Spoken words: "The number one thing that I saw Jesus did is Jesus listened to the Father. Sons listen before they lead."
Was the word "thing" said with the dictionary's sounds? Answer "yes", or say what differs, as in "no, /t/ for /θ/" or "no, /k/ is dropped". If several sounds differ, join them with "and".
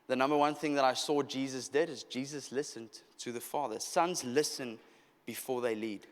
yes